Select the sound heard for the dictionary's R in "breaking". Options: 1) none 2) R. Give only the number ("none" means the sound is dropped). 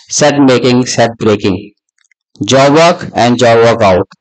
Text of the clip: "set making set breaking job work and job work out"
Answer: 2